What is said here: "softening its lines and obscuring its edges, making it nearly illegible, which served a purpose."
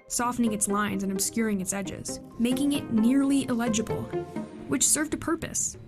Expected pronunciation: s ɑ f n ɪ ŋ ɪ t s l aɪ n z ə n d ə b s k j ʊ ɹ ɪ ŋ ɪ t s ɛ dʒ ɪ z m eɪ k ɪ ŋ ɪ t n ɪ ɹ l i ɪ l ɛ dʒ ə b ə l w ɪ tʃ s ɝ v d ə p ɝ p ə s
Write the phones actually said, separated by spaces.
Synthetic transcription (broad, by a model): s ɑ f n ɪ ŋ ɪ t s l aɪ n z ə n ə b s k j ʊ ɹ ɪ ŋ ɪ t s ɛ dʒ ɪ z m eɪ k ɪ ŋ ɪ t n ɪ ɹ l i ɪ l ɛ dʒ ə b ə l w ɪ tʃ s ɝ v d ə p ɝ p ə s